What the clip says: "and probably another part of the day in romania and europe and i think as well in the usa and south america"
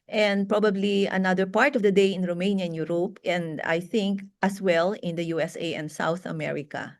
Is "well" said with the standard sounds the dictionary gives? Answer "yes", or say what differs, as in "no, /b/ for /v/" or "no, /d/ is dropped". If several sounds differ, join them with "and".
yes